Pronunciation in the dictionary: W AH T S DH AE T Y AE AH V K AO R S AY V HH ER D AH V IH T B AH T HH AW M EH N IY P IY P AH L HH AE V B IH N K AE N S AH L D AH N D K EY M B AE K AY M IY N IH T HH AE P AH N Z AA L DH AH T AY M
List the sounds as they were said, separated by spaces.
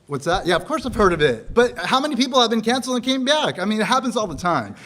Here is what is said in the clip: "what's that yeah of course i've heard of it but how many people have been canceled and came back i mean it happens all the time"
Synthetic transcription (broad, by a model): W AH T S DH AE T Y AE AH V K AO R S AY V HH ER D AH V IH T B AH T HH AW M EH N IY P IY P L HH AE V B IH N K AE N S L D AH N K EY M B AE K AY M IY N IH T HH AE P AH N Z AA L DH AH T AY M